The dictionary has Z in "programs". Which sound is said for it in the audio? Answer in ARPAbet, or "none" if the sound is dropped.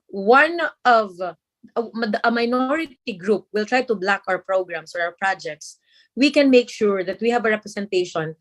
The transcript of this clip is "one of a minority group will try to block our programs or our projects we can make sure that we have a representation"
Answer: S